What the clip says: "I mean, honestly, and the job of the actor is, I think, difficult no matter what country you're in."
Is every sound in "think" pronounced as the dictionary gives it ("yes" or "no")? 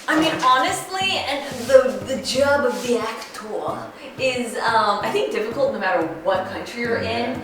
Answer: yes